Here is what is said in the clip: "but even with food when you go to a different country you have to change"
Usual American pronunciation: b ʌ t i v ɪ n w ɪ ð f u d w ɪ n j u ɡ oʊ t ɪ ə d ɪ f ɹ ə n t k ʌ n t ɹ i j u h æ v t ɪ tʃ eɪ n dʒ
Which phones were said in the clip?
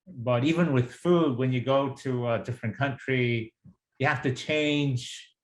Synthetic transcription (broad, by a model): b ʌ t i v ɪ n w ɪ ð f u d w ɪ n j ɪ ɡ oʊ t ɪ ə d ɪ f ɹ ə n k ʌ n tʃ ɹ i j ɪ h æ f t ɪ tʃ eɪ n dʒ